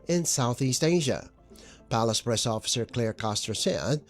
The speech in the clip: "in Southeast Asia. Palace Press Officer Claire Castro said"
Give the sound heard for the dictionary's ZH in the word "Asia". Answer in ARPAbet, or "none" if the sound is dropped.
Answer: ZH